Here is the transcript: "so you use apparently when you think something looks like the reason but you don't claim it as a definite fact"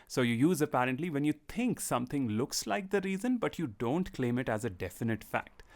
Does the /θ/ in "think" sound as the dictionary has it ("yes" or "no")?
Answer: no